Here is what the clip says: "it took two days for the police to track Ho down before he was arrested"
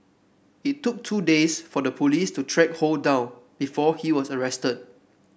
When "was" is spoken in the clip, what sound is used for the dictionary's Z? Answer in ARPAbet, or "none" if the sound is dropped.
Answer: S